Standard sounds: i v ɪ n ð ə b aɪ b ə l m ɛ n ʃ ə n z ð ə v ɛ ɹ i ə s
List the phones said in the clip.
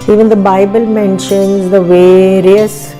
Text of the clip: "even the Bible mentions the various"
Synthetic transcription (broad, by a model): i v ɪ n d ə b aɪ b ə l m ɛ n ʃ ə n z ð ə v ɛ ɹ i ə s